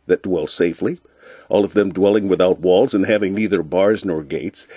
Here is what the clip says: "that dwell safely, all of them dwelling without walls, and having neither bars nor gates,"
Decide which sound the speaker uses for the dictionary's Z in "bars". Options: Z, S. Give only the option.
Z